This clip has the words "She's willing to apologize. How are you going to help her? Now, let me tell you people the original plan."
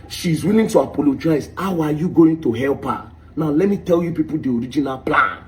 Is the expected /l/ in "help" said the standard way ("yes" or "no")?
yes